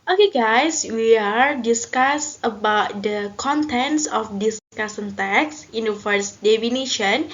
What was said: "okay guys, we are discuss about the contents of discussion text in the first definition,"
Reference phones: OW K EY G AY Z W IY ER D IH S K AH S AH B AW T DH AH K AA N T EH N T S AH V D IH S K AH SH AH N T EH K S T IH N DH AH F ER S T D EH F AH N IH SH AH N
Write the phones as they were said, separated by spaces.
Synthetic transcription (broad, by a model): OW K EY G AY S W IY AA D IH S K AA S AH B AW T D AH K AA N T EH N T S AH F D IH S K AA S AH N T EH K S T IH N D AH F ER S D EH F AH N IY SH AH N